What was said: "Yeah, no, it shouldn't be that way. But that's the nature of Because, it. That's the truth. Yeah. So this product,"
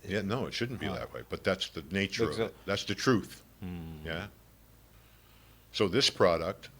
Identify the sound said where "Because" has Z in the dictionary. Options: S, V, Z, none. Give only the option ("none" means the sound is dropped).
none